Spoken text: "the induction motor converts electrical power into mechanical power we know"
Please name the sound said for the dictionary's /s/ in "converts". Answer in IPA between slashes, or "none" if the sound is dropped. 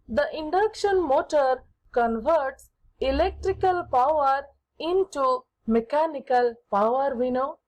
/s/